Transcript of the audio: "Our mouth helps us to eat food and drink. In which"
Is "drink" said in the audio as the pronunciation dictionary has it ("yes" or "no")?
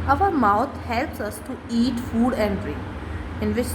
no